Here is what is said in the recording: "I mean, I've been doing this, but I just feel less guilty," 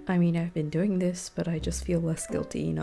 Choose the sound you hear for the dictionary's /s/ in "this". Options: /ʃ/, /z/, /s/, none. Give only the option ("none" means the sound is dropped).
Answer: /s/